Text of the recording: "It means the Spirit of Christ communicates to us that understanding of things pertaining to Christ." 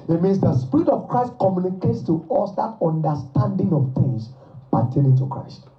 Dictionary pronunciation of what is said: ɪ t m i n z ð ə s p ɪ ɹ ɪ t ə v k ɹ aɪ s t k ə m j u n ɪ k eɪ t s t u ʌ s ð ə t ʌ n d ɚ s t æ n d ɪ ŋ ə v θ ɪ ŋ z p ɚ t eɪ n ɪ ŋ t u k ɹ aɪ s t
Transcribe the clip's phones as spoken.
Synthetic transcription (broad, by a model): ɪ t m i n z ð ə s p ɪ ɹ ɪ t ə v k ɹ aɪ s t k ə m j u n ɪ k eɪ t s t u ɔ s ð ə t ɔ n d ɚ s t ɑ n d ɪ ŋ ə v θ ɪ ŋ s p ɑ t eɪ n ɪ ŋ t u k ɹ aɪ s t